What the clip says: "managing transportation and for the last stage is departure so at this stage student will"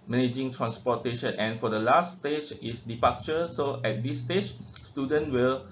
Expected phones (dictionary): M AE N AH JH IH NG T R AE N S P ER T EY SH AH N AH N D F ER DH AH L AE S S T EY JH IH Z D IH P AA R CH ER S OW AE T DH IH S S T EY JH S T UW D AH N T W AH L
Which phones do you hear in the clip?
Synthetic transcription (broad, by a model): M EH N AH JH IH NG T R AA N S P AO T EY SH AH N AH N F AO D AH L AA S S T EY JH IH S D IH P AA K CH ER S OW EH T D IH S S T EY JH S T UW D AH N T W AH L